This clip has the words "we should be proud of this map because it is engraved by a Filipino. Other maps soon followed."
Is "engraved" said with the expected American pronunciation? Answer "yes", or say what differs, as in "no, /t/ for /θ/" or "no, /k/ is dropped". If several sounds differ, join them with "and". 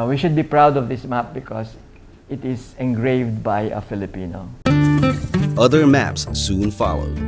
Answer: yes